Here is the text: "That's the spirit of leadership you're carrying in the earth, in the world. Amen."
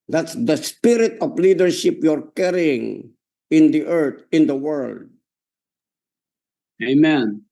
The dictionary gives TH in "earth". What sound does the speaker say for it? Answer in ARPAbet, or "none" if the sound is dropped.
T